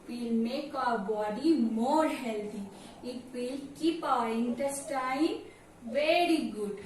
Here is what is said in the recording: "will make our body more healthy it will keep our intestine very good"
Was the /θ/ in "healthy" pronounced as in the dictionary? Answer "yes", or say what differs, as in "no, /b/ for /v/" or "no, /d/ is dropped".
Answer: no, /t/ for /θ/